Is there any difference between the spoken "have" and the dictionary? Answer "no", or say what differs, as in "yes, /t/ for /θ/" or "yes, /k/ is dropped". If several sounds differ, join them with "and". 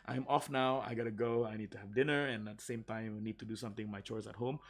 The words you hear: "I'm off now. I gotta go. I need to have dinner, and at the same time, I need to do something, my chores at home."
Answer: no